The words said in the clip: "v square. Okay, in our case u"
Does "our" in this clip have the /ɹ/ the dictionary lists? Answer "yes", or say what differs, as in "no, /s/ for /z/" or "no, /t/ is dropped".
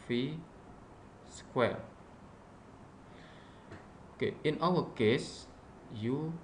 no, /l/ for /ɹ/